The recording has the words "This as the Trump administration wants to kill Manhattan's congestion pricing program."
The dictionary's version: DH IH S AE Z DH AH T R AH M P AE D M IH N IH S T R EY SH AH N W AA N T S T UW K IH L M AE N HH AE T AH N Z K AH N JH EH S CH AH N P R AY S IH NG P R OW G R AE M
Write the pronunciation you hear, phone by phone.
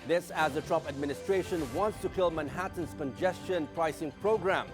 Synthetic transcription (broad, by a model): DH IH S AE Z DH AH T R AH P AE D M IH N IH S T R EY SH AH N W AA N T S T UW K IH L M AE N HH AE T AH N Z K AH N JH EH S CH AH N P R AY S IH NG P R OW G R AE M